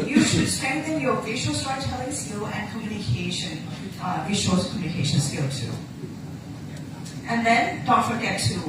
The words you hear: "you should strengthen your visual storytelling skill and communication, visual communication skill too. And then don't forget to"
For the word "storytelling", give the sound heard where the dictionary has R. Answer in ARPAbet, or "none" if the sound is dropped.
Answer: none